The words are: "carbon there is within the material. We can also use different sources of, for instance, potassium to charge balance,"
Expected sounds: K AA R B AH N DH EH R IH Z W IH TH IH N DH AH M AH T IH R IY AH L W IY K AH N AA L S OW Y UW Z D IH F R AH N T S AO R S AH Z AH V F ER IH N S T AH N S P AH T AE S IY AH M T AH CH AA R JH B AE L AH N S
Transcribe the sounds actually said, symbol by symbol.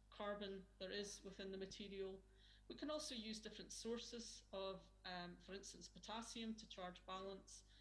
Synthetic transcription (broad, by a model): K AA R B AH N DH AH R IH Z W IH TH IH N DH AH M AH T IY R IY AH L W IY K AH N AA L S OW Y UW Z D IH F R AH N T S AO R S AH Z AH V F ER IH N S T AH N S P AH T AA S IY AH M T AH CH AA R JH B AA L AH N S